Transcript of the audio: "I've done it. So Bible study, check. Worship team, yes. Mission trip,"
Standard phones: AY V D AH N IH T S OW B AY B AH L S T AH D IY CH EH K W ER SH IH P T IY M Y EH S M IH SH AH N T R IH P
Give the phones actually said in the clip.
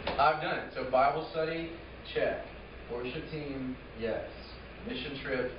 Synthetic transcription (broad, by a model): AY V D AH N IH T S OW B AY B L S T AH D IY CH EH K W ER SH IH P T IY M Y EH S M IH SH AH N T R IH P